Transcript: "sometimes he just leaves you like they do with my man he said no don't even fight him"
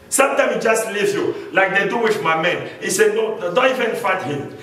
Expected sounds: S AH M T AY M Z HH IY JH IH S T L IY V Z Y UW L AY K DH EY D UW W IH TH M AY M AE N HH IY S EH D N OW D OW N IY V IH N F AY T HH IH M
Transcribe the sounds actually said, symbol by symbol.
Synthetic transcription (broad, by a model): S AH M T AY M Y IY JH IH S T L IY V Y UW L AY K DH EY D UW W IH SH M AY M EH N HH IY S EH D N OW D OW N IY V IH N F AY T HH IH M